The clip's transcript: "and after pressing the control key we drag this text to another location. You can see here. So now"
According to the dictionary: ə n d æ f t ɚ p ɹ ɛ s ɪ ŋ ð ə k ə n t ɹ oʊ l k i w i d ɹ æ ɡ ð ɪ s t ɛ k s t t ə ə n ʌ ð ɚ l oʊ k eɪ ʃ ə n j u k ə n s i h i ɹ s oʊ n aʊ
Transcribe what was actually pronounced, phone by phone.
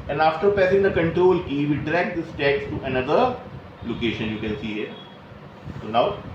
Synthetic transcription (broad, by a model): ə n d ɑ f t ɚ p ɛ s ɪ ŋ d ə k ə n t ɹ oʊ l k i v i d ɹ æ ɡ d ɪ s t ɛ k s t t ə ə n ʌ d ɚ l oʊ k eɪ ʃ ə n j u k ə n s i h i ɹ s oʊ n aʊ